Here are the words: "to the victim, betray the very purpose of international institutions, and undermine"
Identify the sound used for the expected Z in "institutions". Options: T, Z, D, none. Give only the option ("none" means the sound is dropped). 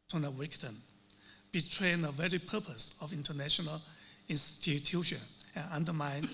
none